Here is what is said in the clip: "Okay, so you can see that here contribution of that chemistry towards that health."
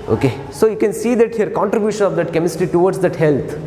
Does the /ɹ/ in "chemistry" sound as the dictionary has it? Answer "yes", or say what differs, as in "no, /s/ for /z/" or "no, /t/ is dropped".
no, /ɹ/ is dropped